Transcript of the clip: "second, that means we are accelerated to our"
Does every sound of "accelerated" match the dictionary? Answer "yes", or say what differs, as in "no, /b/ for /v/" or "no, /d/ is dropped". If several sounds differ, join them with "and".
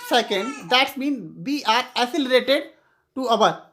no, /k/ is dropped